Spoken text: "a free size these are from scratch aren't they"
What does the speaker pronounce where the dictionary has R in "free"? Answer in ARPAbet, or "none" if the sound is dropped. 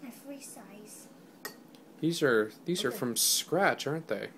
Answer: R